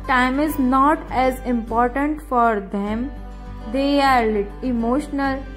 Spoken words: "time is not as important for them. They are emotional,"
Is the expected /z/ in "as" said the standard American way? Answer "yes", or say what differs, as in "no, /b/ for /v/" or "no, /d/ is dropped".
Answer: yes